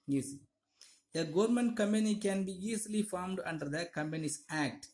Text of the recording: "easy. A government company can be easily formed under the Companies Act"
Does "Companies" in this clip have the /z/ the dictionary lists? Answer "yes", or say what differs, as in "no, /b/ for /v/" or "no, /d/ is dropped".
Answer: no, /s/ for /z/